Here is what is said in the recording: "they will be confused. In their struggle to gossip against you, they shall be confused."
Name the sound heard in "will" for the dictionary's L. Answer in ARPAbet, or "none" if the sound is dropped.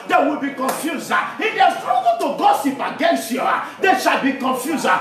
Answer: L